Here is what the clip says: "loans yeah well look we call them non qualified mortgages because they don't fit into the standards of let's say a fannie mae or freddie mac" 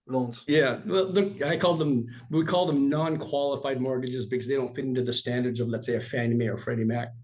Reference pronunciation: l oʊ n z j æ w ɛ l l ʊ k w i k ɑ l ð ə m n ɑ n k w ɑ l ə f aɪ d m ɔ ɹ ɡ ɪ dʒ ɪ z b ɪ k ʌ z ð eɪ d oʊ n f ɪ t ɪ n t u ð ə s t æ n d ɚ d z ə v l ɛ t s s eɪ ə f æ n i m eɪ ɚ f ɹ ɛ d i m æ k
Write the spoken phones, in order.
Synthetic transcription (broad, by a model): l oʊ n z j æ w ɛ l l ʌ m w i k ɑ l ð ə m n ɑ n k w ɑ l ə f aɪ d m ɔ ɹ ɡ ɪ dʒ ɪ z b ɪ k ʌ z ð eɪ d oʊ n f ɪ t ɪ n t u ð ə s t æ n d ɚ d z ə v l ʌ t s s eɪ ə f æ n i m eɪ ɚ f ɹ ɛ d i m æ k